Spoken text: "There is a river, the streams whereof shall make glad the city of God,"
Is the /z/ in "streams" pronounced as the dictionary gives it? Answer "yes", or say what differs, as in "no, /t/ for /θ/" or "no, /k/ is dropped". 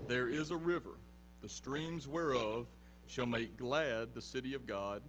yes